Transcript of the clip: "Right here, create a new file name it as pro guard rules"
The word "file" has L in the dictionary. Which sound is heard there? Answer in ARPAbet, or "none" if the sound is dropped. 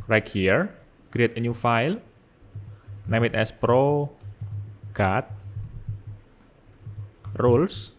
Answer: L